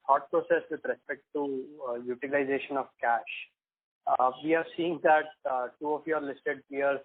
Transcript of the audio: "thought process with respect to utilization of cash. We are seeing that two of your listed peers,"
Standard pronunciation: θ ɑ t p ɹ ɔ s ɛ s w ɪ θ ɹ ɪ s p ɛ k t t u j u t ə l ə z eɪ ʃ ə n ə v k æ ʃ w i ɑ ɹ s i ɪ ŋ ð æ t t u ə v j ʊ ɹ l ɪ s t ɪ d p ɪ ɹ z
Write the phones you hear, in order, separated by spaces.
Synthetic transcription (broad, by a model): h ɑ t p ɹ ɔ s ɛ s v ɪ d ɹ ɪ s p ɛ k t t u j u t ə l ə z eɪ ʃ ə n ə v k æ ʃ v i ɑ ɹ s i ɪ ŋ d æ t t u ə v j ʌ ɹ l ɪ s t ɪ d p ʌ ɹ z